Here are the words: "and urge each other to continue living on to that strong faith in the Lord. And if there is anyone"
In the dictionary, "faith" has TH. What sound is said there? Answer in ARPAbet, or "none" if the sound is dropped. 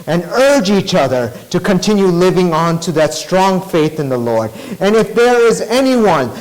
TH